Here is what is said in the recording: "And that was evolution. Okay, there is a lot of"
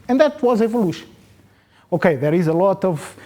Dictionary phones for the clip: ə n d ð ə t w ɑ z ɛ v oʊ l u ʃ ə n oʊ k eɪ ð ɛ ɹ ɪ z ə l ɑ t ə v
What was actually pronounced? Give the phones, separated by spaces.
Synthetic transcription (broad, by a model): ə n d ð ə t w ɑ z ɛ v oʊ l u ʃ ə n oʊ k eɪ ð ɛ ɹ ɪ z ə l ɑ t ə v